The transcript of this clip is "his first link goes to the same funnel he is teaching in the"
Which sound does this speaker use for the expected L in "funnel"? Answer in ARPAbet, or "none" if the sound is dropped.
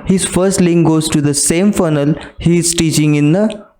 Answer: L